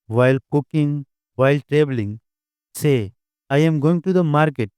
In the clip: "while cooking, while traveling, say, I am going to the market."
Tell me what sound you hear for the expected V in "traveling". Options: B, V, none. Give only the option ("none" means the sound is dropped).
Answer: B